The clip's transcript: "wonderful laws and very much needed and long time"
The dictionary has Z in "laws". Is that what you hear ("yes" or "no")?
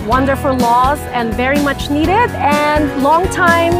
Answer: yes